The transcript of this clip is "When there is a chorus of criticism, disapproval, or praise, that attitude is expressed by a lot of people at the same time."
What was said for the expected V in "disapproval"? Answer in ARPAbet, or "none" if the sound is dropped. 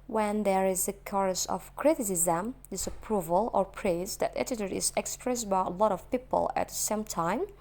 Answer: V